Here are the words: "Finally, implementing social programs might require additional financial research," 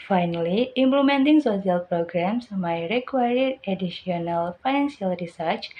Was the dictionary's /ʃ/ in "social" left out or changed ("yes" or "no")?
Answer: yes